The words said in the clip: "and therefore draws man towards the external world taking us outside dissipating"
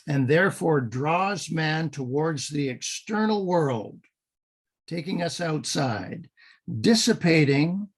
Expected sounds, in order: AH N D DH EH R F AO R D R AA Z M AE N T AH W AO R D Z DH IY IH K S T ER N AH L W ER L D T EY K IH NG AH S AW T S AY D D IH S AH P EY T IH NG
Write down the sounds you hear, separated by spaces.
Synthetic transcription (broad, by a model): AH N DH EH R F AO R D R AA Z M AE N T AH W AO R D Z DH IY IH K S T ER N L W ER L D T EY K IH NG AH S AW T S AY D D IH S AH P EY T IH NG